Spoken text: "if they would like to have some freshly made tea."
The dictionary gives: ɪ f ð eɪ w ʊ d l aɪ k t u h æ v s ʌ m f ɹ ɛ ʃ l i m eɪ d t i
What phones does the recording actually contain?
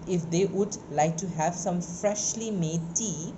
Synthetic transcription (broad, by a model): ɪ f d eɪ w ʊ d l aɪ k t u h æ v s ʌ m f ɹ ɛ ʃ l i m eɪ d t i